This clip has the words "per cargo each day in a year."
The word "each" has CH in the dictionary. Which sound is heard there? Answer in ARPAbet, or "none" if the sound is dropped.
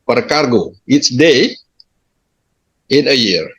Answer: S